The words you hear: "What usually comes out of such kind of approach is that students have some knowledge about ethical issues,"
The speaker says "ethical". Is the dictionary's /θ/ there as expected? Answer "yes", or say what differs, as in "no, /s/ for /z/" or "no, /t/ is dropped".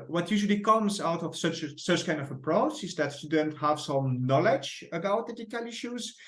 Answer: no, /t/ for /θ/